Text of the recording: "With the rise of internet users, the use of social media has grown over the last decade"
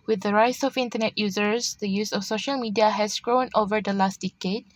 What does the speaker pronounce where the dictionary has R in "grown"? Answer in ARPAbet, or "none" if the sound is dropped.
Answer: R